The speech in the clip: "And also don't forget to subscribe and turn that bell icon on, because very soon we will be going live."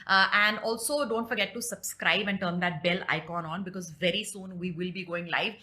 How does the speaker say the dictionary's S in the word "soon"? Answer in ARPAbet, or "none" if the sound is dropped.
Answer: S